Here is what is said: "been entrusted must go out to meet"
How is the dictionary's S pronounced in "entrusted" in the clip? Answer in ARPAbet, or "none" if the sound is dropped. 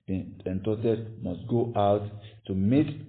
none